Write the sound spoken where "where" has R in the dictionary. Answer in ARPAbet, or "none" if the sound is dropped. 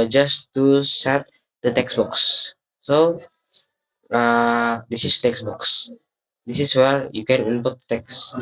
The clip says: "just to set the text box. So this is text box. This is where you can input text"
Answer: R